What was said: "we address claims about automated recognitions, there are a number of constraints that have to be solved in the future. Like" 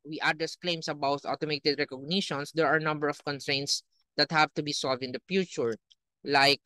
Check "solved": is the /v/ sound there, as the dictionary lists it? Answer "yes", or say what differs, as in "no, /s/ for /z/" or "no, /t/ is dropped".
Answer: yes